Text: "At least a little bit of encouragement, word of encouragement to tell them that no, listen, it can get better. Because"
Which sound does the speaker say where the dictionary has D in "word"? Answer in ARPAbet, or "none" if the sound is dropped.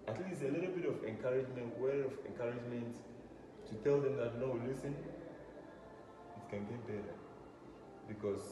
none